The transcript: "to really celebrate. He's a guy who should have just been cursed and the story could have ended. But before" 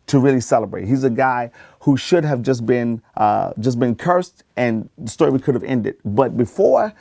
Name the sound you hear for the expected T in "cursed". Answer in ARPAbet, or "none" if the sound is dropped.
T